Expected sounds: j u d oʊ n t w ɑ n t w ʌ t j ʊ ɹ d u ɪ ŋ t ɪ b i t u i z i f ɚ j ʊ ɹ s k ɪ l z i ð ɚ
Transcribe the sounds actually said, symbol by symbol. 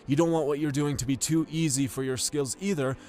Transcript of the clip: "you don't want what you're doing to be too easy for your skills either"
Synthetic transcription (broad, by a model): j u d oʊ n t w ɑ n t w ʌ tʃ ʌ ɹ d u ɪ ŋ t ɪ b i t u i z i f ɚ j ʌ ɹ s k ɪ l z i ð ɚ